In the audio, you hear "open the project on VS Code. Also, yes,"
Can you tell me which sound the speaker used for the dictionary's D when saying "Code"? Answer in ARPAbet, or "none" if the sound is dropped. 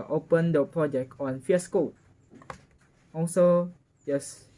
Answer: none